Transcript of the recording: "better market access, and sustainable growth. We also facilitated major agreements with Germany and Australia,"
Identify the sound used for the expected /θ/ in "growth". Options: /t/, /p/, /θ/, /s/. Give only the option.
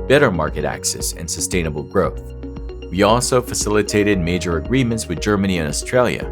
/θ/